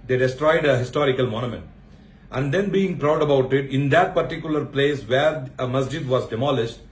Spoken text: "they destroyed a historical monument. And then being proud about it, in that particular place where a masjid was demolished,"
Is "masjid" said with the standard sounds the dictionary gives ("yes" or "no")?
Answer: yes